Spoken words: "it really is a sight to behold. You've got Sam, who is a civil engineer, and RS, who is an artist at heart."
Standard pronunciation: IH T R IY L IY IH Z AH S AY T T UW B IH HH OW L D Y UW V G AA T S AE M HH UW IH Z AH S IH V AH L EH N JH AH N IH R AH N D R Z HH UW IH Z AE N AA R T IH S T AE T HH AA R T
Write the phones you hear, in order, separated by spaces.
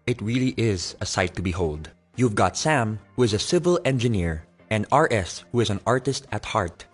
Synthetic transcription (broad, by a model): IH T R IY L IY IH Z AH S AY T T UW B IH HH OW L D Y UW V G AA T S AE M HH UW IH Z AH S IH V AH L EH N JH AH N IH R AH N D R S HH UW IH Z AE N AA R T IH S T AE T HH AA R T